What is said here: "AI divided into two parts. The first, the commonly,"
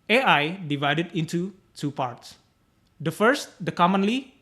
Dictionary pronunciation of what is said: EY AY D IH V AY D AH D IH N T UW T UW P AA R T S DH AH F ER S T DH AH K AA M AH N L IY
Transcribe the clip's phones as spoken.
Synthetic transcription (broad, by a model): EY AY D IH V AY D AH D IH N T UW T UW P AA R T S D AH F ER S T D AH K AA M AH N L IY